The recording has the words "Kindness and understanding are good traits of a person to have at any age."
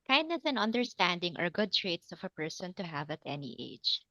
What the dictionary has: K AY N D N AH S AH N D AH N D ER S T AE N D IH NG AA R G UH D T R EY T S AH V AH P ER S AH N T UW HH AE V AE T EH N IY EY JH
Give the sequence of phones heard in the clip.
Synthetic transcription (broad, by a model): K AY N D N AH S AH N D AH N D ER S T AE N D IH NG AA R G UH D T R EY T S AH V AH P ER S AH N T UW HH AE V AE T EH N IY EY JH